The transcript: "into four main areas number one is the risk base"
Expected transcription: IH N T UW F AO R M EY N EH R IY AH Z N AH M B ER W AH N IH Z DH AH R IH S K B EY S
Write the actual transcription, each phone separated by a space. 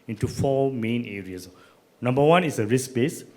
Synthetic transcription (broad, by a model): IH N T UW F AO M EY N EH R IY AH S N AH M B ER W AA N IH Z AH R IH S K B EY S